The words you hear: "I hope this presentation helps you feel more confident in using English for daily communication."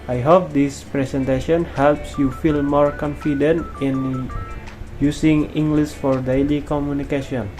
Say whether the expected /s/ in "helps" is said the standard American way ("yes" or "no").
yes